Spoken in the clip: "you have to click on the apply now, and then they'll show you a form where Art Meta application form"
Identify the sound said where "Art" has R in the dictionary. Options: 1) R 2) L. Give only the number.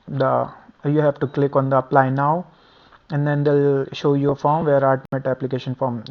2